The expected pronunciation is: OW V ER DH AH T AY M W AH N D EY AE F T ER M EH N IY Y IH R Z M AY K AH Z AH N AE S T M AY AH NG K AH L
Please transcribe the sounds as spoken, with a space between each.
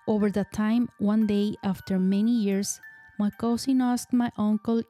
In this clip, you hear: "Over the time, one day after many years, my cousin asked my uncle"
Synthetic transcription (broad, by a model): OW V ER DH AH T AY M W AH N D EY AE F T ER M EH N IY Y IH R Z M AY K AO S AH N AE S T M AY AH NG K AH L